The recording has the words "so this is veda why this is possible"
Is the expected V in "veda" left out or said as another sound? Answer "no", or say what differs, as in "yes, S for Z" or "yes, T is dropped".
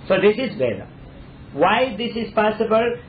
yes, B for V